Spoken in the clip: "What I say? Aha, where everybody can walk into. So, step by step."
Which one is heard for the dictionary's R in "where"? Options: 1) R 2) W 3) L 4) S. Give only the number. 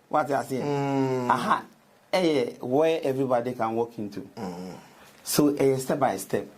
2